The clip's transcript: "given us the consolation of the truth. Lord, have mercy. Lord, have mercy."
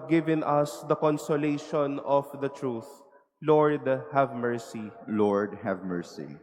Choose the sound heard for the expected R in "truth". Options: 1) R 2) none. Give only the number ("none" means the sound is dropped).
1